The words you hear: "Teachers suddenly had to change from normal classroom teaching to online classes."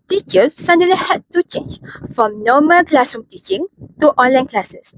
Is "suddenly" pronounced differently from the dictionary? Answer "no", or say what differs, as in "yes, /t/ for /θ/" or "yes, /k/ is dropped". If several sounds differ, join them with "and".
yes, /n/ is dropped